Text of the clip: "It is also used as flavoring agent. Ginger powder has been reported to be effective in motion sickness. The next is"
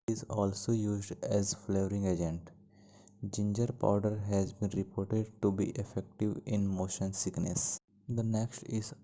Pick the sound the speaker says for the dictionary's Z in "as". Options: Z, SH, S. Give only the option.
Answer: Z